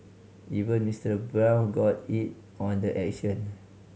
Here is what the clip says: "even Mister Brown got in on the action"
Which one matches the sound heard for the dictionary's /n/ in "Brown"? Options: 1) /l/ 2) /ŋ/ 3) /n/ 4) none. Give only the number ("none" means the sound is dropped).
1